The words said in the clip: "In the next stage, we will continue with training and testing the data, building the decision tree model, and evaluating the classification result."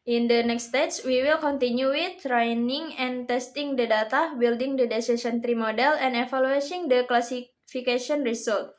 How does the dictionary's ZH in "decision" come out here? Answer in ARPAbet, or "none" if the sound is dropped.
S